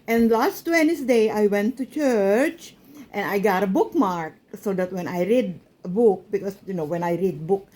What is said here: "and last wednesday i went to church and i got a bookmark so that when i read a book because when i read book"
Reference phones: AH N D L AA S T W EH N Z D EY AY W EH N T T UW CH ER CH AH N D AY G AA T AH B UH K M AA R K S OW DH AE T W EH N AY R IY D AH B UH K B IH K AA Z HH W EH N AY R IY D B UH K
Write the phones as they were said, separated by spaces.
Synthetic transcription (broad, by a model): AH N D L AA S T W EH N S D EY AY W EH N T T UW CH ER CH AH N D AY G AA T AH B UH K M AA R K S OW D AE T W EH N AY R IY D AH B UH K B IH K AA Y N W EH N AY R IY D B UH K